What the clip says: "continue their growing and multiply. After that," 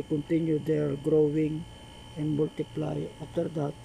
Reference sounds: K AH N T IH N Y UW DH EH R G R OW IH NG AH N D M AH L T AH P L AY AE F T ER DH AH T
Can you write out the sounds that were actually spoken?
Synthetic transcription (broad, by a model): K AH N T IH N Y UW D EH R G R OW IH NG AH N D M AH L T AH P L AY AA T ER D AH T